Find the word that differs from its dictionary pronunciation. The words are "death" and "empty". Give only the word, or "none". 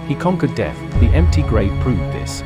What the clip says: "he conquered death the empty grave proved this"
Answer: none